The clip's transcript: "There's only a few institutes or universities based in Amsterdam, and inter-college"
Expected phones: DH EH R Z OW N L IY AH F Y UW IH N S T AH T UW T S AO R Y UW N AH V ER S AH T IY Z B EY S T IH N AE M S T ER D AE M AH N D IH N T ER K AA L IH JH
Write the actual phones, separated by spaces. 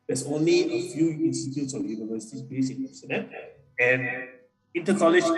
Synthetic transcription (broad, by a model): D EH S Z OW N L IY AH F Y UW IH N S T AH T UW T S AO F Y UW N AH V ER S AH T IY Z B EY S IH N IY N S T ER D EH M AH N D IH N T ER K AA L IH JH